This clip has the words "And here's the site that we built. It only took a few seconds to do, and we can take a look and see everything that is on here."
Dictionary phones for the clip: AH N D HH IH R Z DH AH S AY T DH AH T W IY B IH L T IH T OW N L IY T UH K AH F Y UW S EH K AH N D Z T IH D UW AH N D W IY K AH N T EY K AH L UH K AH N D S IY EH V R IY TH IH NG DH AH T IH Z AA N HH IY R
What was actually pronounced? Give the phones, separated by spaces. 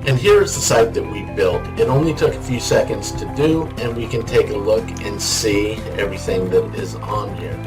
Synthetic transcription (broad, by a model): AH N HH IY R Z DH AH S AY T DH AH T W IY B IH L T IH T OW N L IY T UH K AH F Y UW S EH K AH N D Z T IH D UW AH N W IY K AH N T EY K AH L UH K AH N S IY EH V R IY TH IH NG DH AH T IH Z N HH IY R